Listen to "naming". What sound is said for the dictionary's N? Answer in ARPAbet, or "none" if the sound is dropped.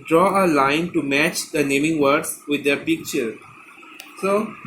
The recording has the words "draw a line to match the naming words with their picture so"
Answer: N